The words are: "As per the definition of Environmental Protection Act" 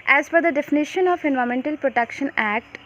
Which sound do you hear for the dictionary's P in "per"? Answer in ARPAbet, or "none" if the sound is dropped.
F